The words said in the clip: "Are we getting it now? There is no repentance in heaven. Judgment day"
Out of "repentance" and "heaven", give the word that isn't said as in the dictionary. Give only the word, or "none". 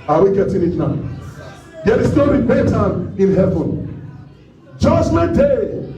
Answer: repentance